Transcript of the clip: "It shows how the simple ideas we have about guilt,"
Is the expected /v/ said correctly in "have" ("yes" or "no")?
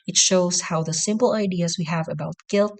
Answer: yes